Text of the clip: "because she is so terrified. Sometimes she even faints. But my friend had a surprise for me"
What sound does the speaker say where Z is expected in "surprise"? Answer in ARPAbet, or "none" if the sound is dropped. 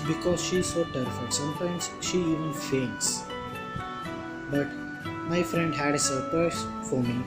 S